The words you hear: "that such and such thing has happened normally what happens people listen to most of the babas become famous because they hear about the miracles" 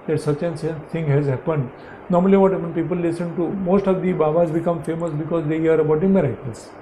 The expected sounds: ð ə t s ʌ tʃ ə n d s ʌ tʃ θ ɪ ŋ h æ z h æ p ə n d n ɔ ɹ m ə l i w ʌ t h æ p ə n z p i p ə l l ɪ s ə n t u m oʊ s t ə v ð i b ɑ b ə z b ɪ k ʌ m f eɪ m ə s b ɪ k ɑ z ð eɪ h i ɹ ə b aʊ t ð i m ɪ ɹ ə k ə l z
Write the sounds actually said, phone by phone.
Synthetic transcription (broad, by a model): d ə t s ʌ tʃ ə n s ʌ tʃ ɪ ŋ h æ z h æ p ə n d n ɔ ɹ m ə l i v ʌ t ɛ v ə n p i p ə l l ɪ s ə n t u m oʊ s t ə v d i b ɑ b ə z b ɪ k ʌ m f eɪ m ə s b ɪ k ɑ z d eɪ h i ɹ ə b aʊ t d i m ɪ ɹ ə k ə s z